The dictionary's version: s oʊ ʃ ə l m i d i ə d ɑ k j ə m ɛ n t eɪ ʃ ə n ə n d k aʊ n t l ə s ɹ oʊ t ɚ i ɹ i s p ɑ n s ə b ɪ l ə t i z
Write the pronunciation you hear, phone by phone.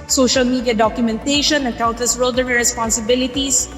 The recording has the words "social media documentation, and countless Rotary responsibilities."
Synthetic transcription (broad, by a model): s oʊ ʃ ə l m i d i ə d ɑ k j ə m ɛ n t eɪ ʃ ə n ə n k aʊ n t ə s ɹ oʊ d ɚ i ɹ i s p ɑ n s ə b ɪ l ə t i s